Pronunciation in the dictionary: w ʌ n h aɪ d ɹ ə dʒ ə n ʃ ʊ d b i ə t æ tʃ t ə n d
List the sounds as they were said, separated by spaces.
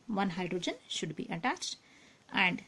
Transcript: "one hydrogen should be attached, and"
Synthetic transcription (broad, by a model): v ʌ n h aɪ d ɹ ə dʒ ə n ʃ ʊ d b i ə t æ tʃ t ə n d